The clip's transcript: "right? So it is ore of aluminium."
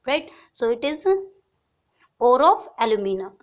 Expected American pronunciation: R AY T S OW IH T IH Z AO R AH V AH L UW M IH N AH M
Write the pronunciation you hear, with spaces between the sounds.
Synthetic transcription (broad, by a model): R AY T S OW IH T IH Z AO R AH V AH L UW M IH N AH